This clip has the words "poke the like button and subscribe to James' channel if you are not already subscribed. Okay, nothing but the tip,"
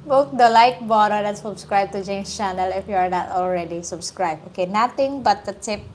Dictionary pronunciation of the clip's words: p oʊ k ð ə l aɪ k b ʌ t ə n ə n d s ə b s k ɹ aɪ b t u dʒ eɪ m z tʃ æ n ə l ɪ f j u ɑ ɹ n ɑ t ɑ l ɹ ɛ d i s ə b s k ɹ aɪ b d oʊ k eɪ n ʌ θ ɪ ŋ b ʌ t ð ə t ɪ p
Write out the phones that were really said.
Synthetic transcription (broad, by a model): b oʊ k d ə l aɪ k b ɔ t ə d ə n s ə b s k ɹ aɪ b t u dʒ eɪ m s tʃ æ n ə l ɪ f j u ɑ ɹ n ɑ t ɑ l ɹ ɛ d i s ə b s k ɹ aɪ b oʊ k eɪ n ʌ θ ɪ ŋ b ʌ t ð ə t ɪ p